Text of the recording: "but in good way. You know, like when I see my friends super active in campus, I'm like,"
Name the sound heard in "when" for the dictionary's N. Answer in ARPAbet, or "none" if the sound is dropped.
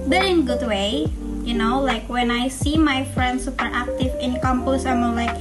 N